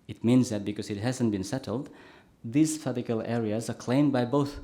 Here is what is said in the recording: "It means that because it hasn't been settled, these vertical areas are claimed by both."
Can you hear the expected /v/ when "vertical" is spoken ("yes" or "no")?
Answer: no